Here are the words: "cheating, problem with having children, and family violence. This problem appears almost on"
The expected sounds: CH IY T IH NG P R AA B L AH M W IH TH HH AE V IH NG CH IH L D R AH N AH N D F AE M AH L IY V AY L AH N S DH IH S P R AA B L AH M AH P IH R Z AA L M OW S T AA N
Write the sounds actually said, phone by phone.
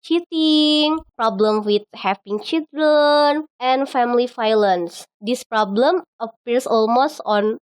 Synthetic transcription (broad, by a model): CH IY T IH NG P R AA B L AH M W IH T HH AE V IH NG CH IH L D R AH N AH N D F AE M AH L IY F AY L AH N S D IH S P R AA B L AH M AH P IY R S AA L M OW S T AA N